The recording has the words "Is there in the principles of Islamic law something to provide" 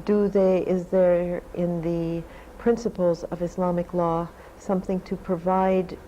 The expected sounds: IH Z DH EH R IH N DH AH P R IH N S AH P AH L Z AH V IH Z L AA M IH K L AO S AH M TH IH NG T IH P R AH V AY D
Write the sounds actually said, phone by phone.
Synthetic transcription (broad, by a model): IH Z DH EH R IH N DH AH P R IH N S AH P L Z AH V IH S L AA M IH K L AO S AH M TH IH NG T IH P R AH V AY D